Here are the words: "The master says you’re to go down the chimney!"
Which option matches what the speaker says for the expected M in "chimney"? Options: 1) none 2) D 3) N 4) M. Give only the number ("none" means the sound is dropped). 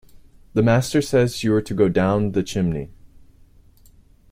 4